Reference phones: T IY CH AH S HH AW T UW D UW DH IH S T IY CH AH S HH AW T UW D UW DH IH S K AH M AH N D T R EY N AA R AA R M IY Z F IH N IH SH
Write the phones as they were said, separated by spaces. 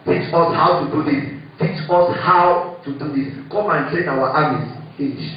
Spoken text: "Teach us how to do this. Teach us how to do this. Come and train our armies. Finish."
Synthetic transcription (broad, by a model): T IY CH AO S HH AW T UW D UW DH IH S T IY CH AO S HH AW T UW D UW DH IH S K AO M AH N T EY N AA W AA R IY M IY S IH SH